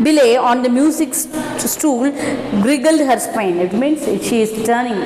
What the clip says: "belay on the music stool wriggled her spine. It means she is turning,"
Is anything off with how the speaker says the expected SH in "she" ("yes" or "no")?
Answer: no